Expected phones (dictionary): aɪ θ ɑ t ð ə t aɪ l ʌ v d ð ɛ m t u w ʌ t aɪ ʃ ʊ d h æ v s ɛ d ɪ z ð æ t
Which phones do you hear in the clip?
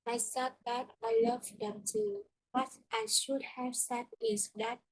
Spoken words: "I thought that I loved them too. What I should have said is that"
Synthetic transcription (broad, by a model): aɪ s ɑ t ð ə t aɪ l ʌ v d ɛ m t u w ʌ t aɪ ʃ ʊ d h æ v s ɛ d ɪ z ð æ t